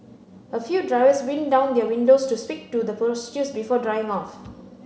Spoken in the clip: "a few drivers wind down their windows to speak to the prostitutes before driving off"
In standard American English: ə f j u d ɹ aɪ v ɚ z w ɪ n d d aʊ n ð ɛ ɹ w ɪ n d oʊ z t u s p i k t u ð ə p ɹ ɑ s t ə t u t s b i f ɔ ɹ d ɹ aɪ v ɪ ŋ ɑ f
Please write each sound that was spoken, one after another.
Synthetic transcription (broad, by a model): ə f j u d ɹ aɪ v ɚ s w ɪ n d d aʊ n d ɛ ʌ w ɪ n d oʊ s t u s p i k t u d ə p ɑ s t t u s b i f ɔ d ɹ aɪ ɪ ŋ ɑ f